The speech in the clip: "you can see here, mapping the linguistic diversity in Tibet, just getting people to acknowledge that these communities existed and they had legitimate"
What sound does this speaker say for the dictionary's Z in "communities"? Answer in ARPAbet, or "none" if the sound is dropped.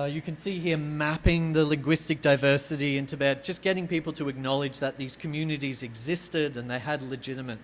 Z